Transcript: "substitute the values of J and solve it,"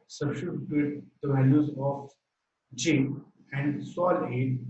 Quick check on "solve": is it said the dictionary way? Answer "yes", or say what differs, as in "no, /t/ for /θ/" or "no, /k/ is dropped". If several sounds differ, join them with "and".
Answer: no, /v/ is dropped